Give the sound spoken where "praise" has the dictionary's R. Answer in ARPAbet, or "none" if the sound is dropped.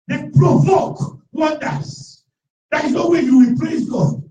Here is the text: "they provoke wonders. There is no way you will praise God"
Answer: L